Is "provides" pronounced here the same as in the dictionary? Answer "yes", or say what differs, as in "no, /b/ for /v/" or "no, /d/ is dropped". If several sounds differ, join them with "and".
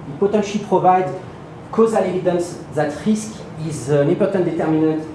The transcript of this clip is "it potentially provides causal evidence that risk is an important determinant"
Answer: no, /z/ is dropped